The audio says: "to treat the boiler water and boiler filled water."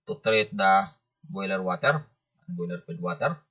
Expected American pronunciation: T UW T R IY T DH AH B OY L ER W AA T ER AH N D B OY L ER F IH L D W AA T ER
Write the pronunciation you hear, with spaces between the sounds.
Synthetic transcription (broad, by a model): T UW T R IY T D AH B OY L ER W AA T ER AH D B OY L ER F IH D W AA T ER